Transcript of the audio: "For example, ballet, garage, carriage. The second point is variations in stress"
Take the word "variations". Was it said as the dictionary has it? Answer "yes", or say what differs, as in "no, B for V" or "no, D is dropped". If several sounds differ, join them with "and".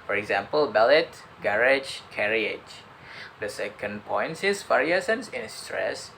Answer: no, S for SH and S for Z